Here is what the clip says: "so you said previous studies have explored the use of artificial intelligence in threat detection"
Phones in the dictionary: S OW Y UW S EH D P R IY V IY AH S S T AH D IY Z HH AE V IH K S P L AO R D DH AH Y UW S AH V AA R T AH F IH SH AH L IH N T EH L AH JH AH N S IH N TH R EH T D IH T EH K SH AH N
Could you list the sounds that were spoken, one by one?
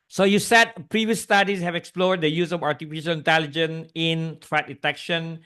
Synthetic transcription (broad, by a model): S OW Y UW S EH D P R IY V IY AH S S T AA D IY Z HH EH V IH K S P L AO R D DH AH Y UW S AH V AA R T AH F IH SH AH L IH N T EH L AH JH AH N S IH N T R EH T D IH T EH K SH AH N